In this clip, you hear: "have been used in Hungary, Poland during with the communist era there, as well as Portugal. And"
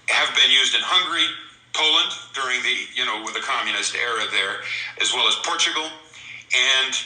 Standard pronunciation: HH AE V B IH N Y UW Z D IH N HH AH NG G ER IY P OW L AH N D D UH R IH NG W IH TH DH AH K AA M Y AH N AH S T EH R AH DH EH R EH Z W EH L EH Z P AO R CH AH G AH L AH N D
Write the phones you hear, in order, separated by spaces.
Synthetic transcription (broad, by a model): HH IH V B IH N Y UW Z D IH N HH AH NG G ER IY P OW L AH N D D UH R IH NG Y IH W DH AH K AA M Y AH N AH S T EH R AH DH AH R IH Z W EH L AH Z P AO R CH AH G L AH N